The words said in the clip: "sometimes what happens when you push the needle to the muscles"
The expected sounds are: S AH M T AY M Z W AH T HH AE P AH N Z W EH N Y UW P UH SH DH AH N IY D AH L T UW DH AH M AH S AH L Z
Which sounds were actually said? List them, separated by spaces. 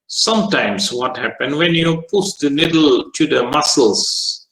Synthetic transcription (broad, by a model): S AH M T AY M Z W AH T HH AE P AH N W EH N Y UW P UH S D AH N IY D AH L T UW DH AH M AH S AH L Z